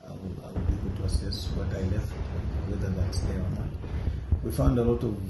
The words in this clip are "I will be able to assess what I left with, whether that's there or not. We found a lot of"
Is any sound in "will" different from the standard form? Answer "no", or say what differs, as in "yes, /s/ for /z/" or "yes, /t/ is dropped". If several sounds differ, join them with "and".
yes, /w/ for /l/